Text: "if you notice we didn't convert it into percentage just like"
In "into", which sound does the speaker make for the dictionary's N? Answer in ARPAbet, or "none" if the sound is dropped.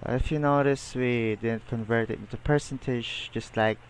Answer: none